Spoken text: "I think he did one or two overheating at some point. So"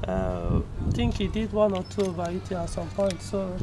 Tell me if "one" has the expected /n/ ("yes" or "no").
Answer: yes